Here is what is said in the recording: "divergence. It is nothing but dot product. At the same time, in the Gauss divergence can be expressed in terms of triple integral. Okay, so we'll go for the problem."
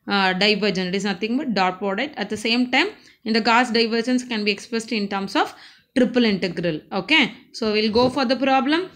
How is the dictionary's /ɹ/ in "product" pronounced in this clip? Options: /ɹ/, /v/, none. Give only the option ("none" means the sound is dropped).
none